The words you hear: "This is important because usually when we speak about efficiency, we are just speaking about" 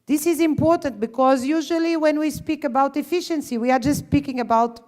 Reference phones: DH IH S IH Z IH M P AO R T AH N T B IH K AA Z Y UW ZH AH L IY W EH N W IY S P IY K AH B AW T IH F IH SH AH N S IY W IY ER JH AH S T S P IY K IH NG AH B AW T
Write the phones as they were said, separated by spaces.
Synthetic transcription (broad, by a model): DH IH S IH Z IH M P AO R T AH N T B IH K AA Z Y UW ZH AH L IY W EH N W IY S P IY K AH B AW T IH F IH SH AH N S IY W IY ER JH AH S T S P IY K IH NG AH B AW T